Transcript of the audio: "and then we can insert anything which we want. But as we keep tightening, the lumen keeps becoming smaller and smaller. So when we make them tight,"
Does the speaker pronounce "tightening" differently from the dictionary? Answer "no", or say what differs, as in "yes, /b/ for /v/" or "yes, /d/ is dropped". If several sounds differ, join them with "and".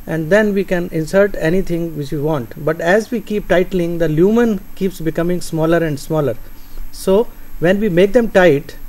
yes, /l/ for /n/